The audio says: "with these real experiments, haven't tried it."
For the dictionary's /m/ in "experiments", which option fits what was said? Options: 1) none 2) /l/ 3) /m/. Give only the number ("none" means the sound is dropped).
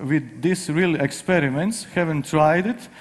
3